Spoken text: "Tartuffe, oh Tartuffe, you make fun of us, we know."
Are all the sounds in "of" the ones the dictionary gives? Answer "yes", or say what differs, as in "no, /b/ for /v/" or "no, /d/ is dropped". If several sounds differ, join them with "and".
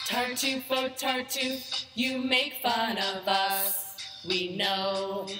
yes